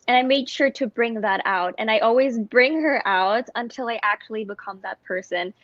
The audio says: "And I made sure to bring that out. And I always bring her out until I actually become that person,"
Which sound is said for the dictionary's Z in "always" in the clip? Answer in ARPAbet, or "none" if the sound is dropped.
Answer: Z